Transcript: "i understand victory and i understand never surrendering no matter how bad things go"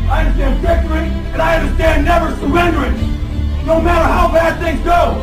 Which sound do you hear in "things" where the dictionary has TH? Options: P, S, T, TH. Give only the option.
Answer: TH